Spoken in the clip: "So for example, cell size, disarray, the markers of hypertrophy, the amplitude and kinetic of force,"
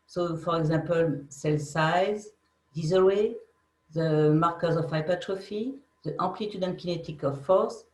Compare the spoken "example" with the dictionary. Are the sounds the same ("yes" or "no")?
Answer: no